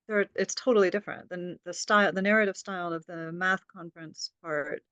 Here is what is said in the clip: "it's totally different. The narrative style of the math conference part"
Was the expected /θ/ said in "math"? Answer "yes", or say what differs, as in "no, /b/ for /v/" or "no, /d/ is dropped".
yes